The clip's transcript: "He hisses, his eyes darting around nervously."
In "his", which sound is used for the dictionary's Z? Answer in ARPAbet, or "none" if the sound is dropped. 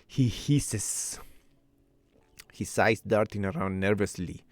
S